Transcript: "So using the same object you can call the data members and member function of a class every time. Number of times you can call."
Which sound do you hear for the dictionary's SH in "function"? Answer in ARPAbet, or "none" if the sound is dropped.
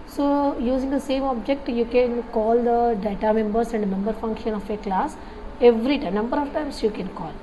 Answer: SH